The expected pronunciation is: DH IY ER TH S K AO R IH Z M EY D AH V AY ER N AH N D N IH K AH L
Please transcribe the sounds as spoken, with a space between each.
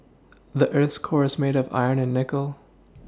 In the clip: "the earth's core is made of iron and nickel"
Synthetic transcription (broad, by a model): DH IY ER TH S K AO R IH Z M EY D AH V AY ER N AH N N IH K L